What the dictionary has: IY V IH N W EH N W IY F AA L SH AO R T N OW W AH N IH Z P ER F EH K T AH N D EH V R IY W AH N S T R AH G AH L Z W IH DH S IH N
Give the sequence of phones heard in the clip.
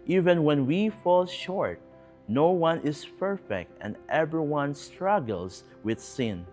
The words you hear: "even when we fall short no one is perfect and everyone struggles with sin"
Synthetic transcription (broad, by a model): IY V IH N W EH N W IY F AA L SH AO R T N OW W AH N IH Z P ER F EH K T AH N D EH V R IY W AH N S T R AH G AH L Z W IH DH S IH N